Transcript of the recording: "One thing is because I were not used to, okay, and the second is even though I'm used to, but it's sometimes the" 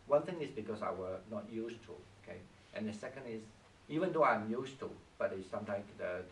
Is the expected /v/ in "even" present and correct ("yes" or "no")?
yes